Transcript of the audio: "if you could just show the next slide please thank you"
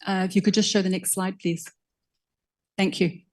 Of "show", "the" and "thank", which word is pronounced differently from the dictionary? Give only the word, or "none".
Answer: none